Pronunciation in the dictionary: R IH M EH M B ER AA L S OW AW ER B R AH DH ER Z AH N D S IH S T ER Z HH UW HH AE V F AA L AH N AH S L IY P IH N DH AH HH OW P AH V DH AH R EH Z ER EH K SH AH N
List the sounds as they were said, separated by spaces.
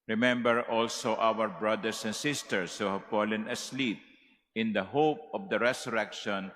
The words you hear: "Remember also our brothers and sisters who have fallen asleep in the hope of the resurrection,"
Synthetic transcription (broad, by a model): R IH M EH M B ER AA L S OW AW ER B R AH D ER S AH N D S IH S T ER S HH UW HH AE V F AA L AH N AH S L IY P IH N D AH HH OW P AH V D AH R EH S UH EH K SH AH N